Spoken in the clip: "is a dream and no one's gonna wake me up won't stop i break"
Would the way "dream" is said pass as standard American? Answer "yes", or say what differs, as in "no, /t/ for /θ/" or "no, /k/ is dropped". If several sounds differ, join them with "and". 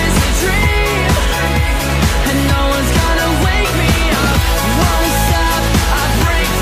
no, /m/ is dropped